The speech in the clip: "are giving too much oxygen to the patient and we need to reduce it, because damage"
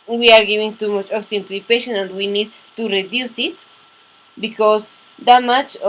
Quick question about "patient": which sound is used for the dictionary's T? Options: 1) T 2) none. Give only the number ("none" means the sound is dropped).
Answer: 2